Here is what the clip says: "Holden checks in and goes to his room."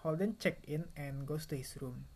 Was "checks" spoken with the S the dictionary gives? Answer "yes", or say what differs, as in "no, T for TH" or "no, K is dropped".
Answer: no, S is dropped